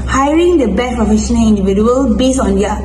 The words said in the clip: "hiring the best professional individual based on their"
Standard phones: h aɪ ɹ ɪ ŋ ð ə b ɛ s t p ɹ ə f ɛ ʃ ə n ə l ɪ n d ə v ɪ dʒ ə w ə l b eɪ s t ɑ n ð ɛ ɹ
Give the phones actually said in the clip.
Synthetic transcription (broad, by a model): h aɪ ɹ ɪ ŋ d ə b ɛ t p ɹ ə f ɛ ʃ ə n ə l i n d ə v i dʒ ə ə l b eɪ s ɑ n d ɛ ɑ